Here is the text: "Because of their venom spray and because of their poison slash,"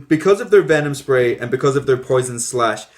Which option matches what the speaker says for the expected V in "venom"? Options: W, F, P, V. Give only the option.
V